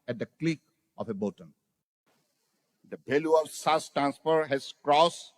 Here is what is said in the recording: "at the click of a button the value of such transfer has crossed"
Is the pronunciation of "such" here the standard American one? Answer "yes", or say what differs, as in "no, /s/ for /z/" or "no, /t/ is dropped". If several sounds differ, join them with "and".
no, /s/ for /tʃ/